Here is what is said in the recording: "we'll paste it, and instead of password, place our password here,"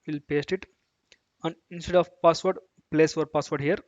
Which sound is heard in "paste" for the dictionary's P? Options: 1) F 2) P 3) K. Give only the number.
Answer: 2